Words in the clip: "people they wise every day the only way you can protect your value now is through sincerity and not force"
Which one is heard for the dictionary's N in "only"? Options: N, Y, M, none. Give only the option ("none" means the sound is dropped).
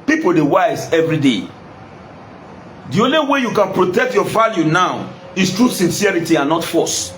N